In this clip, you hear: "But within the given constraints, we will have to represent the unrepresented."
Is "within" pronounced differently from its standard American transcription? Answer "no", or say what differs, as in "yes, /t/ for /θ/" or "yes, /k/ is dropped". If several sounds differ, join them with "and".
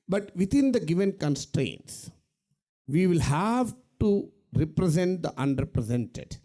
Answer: yes, /t/ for /θ/